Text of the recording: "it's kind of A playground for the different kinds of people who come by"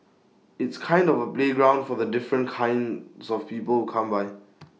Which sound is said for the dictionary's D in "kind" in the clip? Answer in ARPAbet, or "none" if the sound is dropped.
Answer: D